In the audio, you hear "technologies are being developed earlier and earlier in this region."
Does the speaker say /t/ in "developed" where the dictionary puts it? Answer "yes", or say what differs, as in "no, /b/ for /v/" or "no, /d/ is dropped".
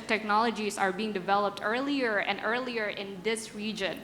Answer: yes